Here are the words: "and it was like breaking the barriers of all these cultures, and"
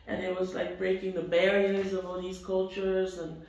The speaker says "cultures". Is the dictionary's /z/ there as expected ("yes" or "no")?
yes